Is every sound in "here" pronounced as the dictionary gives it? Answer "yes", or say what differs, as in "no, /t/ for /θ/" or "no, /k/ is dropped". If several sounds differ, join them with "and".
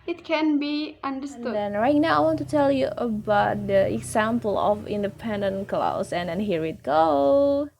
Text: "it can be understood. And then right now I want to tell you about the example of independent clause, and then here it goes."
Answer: yes